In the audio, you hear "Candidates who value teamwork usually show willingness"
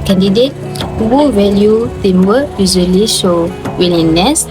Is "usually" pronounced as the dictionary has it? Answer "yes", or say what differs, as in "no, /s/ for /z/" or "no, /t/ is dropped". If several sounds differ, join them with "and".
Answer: no, /z/ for /ʒ/